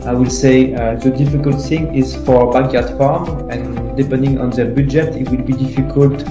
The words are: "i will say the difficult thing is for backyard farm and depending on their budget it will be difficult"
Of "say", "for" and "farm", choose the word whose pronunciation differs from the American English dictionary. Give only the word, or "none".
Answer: none